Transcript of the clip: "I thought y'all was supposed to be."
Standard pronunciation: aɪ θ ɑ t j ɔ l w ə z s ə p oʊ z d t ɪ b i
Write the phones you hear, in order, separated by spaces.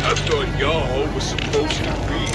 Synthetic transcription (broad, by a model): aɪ t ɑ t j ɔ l w ə z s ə p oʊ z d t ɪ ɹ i